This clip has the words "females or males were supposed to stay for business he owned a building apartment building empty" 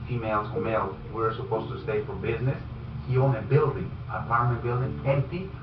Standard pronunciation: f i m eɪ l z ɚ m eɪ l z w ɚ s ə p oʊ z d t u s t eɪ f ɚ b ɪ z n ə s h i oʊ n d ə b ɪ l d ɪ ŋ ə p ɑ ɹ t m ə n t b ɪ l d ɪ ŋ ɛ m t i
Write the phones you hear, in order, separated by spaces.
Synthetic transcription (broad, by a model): f i m eɪ l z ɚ m eɪ l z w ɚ s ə p oʊ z t u s t eɪ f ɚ b ɪ z n ə s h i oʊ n ə b ɪ l d ɪ ŋ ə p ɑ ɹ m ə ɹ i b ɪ l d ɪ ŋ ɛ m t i